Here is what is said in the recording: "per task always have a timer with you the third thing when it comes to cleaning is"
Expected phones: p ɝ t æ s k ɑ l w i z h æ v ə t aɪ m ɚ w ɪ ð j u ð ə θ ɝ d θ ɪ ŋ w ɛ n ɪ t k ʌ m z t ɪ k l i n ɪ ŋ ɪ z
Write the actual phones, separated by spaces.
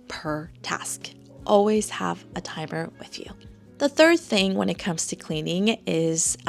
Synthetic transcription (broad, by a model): p ɝ t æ s k ɑ l w i z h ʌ v ə t aɪ m ɚ w ɪ ð j u ð ə θ ɝ d θ ɪ ŋ w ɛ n ɪ t k ʌ m z t ɪ k l i n ɪ ŋ ɪ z